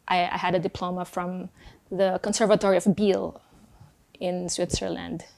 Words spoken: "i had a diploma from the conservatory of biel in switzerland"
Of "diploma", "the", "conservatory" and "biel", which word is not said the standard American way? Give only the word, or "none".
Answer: none